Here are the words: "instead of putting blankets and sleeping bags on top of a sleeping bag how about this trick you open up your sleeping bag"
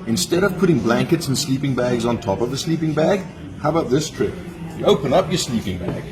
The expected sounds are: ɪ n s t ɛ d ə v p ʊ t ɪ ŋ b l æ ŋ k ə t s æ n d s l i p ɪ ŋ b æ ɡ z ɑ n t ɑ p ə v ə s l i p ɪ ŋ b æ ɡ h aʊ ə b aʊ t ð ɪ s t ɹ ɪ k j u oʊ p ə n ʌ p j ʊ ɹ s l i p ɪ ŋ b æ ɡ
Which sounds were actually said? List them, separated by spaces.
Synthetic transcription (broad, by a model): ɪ n s t ɛ d ə v p ʊ t ɪ ŋ b l æ ŋ k ə t s n s l i p ɪ ŋ b æ ɡ z n t ɑ p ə v ə s l i p ɪ ŋ b æ ɡ h aʊ ə b aʊ t ð ɪ s t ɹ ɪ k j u oʊ p ə n ʌ p j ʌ ɹ s l i p ɪ ŋ b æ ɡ